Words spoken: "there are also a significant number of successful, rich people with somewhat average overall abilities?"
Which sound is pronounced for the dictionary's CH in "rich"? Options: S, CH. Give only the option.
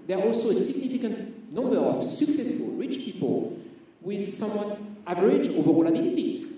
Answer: CH